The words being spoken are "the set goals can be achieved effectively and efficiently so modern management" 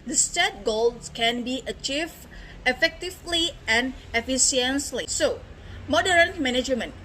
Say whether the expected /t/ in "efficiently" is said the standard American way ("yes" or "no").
no